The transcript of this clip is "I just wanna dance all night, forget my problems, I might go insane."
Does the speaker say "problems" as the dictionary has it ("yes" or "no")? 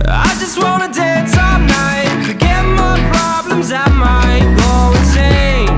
yes